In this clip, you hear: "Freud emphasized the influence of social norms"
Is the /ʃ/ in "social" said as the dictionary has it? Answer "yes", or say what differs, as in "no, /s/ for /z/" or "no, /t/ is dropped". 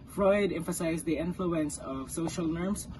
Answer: yes